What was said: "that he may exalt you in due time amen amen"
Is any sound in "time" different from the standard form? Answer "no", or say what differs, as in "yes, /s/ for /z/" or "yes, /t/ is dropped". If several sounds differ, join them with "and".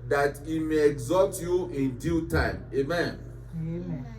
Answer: yes, /m/ is dropped